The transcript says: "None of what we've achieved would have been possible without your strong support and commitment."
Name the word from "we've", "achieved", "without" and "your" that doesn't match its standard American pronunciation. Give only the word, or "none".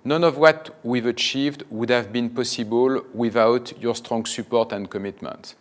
none